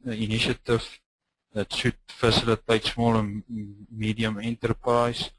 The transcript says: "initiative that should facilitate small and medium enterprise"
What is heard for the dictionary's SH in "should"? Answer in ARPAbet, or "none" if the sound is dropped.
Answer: S